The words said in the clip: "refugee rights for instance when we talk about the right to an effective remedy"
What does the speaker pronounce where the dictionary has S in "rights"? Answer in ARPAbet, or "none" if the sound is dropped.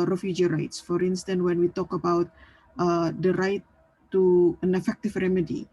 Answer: S